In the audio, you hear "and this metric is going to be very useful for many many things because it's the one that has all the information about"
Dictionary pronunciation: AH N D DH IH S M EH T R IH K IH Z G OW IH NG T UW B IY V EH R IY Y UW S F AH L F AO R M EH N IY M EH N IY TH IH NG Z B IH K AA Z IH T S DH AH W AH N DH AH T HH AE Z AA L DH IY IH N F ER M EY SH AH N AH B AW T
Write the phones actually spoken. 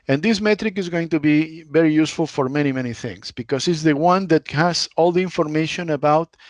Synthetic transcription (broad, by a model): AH N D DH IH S M EH T R IH K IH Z G OW IH NG T UW B IY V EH R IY Y UW S F AH L F AO R M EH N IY M EH N IY TH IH NG S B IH K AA S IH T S DH AH W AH N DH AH T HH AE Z AA L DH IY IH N F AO M EY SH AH N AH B AW T